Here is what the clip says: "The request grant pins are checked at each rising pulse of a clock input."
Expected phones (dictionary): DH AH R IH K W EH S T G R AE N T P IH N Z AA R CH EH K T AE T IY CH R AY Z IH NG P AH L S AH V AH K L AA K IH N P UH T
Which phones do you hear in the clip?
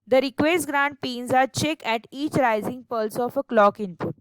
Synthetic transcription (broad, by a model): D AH R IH K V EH S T G R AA N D P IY N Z AA R CH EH K AE T IY CH R AY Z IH NG P AH L S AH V AH K L AA K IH N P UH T